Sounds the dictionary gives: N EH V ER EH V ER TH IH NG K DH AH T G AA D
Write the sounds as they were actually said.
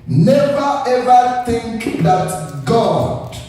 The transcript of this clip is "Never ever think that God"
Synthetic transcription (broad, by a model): N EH V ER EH V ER TH IH NG K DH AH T G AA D